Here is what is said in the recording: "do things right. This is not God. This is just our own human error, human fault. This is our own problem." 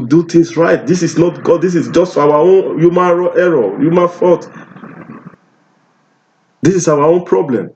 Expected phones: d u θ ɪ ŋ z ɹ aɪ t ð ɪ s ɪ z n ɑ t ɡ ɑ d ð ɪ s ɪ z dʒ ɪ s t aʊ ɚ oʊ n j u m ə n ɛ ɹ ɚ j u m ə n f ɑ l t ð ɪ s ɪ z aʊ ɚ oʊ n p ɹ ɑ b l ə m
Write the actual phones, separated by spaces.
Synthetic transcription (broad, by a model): d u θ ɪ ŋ s ɹ aɪ t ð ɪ s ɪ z n ɑ t ɡ ɑ d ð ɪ s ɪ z dʒ ɪ s t aʊ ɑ oʊ n j u m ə n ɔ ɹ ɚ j u m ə n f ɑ t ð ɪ s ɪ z aʊ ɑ oʊ n p ɹ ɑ b l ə m